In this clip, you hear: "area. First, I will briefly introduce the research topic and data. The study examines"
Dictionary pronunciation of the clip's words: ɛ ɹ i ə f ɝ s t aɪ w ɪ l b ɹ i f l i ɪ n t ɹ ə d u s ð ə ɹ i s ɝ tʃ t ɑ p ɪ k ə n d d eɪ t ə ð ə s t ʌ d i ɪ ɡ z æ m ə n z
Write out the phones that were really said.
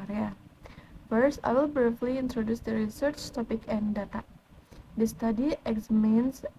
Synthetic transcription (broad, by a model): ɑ ɹ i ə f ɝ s aɪ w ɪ l b ɹ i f l i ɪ n t ɹ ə d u s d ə ɹ i s ɝ tʃ t ɑ p ɪ k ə n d d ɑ t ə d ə s t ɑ d i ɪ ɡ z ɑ m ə n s